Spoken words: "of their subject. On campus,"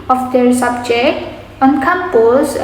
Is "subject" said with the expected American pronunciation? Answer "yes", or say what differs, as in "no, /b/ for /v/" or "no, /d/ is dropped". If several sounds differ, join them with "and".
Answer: no, /t/ is dropped